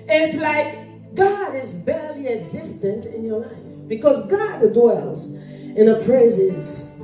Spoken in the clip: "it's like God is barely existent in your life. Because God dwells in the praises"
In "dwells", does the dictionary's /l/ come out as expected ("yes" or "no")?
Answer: yes